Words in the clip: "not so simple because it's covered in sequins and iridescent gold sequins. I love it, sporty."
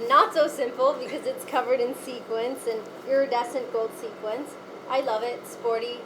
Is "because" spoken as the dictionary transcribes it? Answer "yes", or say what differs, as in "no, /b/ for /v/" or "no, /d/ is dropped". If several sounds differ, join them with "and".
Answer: yes